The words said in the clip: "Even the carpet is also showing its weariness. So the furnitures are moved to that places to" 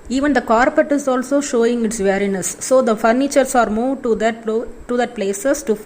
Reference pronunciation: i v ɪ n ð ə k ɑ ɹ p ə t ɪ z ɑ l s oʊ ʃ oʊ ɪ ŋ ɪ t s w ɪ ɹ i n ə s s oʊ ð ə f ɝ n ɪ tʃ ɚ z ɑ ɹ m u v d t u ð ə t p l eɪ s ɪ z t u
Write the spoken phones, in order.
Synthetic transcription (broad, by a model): i v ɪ n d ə k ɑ ɹ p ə t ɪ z ɑ l s oʊ ʃ oʊ ɪ ŋ ɪ t s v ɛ ɹ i n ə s s oʊ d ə f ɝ n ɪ tʃ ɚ s ɑ ɹ m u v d t u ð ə t p l eɪ s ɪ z t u